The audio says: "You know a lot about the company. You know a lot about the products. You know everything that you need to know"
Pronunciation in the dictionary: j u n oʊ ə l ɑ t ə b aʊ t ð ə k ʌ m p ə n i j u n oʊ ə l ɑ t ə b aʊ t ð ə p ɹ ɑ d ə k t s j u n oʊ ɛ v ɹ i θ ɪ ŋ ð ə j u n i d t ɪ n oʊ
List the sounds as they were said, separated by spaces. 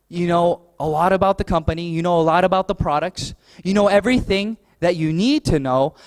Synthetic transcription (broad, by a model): j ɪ n oʊ ə l ɑ t ə b aʊ t ð ə k ʌ m p ə n i j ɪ n oʊ ə l ɑ t ə b aʊ t ð ə p ɹ ɑ d ə k t s j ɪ n oʊ ɛ v ɹ i θ ɪ ŋ ð ə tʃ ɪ n i d t ɪ n oʊ